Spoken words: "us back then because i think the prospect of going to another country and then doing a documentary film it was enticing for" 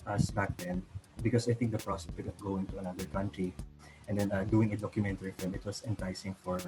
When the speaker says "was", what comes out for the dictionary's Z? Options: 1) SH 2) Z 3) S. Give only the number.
3